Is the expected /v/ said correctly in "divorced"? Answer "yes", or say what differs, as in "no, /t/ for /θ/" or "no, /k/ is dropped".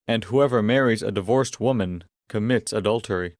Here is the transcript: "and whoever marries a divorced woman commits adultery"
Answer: yes